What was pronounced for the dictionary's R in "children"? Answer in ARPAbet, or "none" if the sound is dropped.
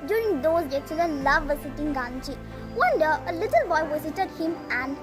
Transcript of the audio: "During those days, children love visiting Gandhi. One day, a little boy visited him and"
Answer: none